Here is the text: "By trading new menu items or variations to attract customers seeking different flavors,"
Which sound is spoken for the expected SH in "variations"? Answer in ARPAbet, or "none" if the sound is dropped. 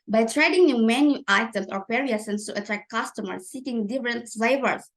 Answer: S